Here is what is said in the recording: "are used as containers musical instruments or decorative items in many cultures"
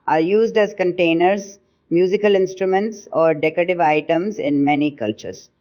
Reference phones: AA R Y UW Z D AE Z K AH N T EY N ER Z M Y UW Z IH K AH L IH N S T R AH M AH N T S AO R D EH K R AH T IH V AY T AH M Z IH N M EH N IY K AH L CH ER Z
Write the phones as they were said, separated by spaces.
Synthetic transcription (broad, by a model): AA R Y UW Z D AE Z K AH N T EY N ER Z M Y UW Z IH K AH L IH N S T R AH M AH N T S AO R D EH K R AH T IH V AY T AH M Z IH N M EH N IY K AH L CH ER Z